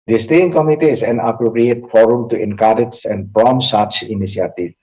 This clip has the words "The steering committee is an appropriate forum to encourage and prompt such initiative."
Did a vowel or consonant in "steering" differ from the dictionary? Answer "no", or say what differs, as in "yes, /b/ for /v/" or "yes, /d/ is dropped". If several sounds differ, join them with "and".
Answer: yes, /ɹ/ is dropped